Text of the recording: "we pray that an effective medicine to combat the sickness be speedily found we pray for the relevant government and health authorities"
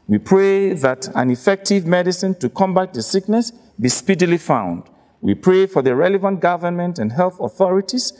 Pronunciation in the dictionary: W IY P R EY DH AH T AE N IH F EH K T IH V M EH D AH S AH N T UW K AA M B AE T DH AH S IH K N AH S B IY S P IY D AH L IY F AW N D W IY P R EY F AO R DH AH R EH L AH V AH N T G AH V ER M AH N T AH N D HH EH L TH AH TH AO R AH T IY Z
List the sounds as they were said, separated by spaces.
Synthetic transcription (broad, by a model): W IY P R EY DH AH T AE N IH F EH K T IH V M EH D AH S AH N T UW K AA M B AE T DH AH S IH K N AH S B IY S P IY D AH L IY F AW N D W IY P R EY F AO R DH AH R EH L AH V AH N T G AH V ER M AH N T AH N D HH EH L TH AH TH AO R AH T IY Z